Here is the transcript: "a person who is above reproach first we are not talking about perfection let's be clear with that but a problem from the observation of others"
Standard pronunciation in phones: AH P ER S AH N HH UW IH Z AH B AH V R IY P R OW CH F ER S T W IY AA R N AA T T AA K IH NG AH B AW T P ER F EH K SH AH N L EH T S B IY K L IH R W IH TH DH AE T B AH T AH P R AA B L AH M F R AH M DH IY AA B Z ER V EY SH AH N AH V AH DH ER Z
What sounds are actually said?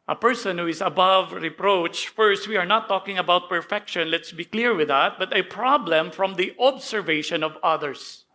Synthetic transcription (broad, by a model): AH P ER S AH N HH UW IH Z AH B AH V R IY P R OW CH F ER S T W IY AA R N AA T T AA K IH NG AH B AW T P ER F EH K SH AH N L EH T S B IY K L IH R W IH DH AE T B AH T AH P R AA B L AH M F R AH M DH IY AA B S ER V EY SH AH N AH V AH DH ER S